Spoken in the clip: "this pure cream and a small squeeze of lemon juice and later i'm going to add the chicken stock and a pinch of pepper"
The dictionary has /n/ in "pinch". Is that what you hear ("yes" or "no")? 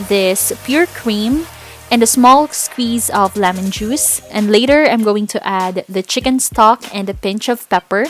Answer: yes